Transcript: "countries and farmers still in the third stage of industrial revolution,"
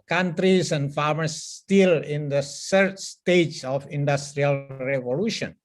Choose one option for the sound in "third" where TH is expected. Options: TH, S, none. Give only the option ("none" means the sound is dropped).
S